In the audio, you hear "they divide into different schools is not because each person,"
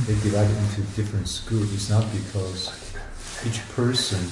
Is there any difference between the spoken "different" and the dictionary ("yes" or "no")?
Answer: no